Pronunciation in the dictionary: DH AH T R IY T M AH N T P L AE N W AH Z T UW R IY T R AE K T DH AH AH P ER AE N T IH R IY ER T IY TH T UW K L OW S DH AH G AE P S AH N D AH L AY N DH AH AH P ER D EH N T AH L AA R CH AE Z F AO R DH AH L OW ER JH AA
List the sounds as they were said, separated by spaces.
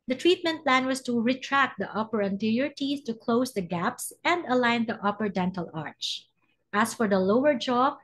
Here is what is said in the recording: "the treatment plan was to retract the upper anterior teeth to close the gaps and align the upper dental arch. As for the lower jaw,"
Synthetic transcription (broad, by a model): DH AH T R IY T M AH N T P L AE N W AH S T UW R IY T R AE K T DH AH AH P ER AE N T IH R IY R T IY S T UW K L OW S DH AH G AE P S AH N D AH L AY N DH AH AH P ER D EH N T AH L AA R CH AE S F AO R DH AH L OW ER JH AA